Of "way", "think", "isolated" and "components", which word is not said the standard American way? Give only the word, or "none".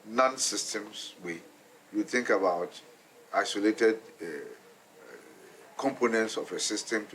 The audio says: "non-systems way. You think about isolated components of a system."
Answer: none